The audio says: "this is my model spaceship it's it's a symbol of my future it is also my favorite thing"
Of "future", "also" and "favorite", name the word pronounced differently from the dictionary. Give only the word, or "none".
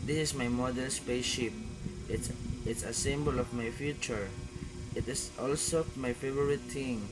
none